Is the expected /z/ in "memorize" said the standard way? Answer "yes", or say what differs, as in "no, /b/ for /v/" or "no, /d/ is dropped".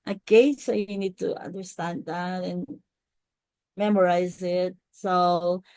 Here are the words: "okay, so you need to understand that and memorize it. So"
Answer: yes